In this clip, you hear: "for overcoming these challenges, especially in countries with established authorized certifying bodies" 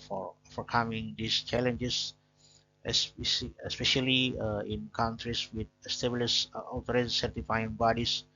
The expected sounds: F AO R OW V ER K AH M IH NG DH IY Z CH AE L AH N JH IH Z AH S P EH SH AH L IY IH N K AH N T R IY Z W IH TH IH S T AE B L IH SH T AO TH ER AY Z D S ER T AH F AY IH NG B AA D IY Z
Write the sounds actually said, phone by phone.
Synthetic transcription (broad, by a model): F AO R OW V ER K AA M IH NG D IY S CH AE L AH N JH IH S AH S P EH SH AH L IY IH N K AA N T R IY S W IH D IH S T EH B L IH S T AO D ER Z S ER T AH F AY IH NG B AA D IY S